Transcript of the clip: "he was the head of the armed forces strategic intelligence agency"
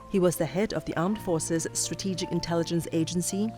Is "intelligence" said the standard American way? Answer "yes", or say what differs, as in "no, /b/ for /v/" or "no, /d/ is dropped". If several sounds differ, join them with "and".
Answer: yes